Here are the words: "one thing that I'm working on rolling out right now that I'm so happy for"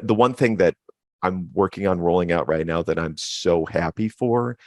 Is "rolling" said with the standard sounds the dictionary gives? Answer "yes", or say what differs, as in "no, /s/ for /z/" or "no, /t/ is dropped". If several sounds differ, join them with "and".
yes